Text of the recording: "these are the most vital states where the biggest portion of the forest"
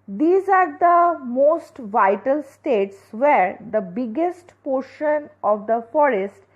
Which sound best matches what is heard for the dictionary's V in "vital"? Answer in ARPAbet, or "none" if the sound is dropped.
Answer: V